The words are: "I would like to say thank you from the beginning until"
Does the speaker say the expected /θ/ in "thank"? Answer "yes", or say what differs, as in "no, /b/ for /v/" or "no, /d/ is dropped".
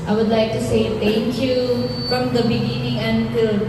no, /t/ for /θ/